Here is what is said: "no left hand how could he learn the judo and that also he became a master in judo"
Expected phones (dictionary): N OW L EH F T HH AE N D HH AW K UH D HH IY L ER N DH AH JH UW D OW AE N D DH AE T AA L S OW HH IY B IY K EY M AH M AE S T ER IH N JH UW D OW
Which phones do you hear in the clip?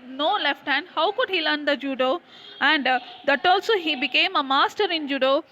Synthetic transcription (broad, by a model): N OW L EH F T HH AE N D HH AW K UH D HH IY L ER N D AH JH UW D OW AE N D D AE T AA L S OW HH IY B IY K EY M AH M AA S T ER IH N JH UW D OW